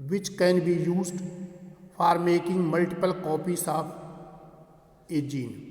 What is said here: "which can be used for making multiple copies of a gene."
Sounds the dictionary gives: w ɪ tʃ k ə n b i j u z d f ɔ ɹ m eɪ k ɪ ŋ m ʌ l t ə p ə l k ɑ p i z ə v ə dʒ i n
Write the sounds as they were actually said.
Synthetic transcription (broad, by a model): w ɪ tʃ k ə n b i j u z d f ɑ ɹ m eɪ k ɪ ŋ m ʌ l t ə p ə l k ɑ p i s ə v ə dʒ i n